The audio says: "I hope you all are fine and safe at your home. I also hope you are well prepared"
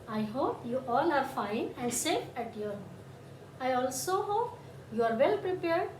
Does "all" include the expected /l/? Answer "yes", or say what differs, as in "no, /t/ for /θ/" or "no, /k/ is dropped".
no, /n/ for /l/